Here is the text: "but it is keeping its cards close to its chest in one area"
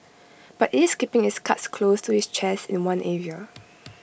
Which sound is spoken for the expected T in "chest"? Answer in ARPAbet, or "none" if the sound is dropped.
none